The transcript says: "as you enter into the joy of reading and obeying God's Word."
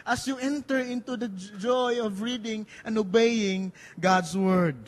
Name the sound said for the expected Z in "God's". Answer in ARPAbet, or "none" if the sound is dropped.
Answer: S